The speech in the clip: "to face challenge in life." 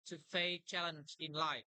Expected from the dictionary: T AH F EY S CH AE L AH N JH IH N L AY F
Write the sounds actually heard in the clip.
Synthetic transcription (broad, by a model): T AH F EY CH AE L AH N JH IH N L AY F